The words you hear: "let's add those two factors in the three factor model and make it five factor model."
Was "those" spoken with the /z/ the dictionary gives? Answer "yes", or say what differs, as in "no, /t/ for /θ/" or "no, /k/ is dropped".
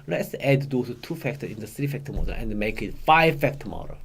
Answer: no, /z/ is dropped